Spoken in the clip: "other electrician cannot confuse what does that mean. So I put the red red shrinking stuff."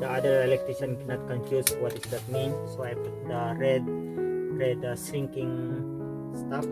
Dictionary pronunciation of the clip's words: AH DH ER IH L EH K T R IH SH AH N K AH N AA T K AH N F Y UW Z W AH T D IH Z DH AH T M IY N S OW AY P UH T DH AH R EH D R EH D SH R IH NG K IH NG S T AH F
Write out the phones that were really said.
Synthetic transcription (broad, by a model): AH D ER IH L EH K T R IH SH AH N K AH N AA T K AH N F Y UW S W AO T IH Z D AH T M IY N S OW AY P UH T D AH R EH D R EH D S R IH NG K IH NG S T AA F